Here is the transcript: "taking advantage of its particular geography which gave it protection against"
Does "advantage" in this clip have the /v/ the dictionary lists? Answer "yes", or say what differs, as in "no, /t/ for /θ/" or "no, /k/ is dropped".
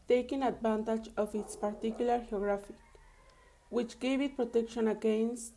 no, /b/ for /v/